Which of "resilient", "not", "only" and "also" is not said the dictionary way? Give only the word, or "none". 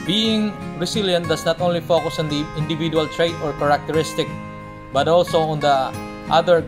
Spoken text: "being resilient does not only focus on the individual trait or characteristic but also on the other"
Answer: resilient